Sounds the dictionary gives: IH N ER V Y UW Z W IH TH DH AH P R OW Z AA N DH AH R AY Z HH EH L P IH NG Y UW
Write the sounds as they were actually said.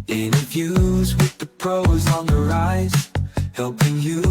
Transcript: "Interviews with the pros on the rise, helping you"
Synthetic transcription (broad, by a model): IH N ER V Y UW Z W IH DH AH P R OW Z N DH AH R AY Z HH EH L P IH NG Y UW